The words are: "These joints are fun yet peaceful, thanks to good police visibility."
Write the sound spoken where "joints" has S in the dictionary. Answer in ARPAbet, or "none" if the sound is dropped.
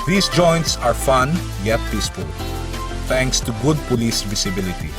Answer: S